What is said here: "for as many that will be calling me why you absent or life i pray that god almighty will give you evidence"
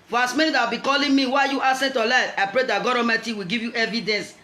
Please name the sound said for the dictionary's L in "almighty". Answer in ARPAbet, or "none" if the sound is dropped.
none